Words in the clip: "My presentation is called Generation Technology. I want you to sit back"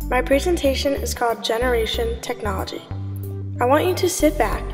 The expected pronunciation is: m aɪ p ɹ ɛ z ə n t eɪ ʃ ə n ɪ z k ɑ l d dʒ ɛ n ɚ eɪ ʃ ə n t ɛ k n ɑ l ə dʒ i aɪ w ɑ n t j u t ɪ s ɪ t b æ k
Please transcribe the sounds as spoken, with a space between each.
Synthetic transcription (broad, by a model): m aɪ p ɹ ɛ z ə n t eɪ ʃ ə n ɪ z k ɑ l d dʒ ɛ n ɚ eɪ ʃ ə n t ɛ k n ɑ l ə dʒ i aɪ w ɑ n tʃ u t ɪ s ɪ t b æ k